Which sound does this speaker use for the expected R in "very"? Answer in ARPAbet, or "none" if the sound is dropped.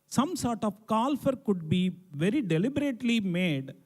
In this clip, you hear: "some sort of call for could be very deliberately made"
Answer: R